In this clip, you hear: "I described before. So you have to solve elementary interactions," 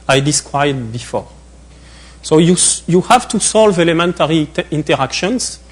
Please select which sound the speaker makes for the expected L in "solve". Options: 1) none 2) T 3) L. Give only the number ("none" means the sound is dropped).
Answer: 3